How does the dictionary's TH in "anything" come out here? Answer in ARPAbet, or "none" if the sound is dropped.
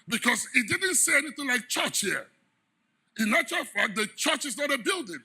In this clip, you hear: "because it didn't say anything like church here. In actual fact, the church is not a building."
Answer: TH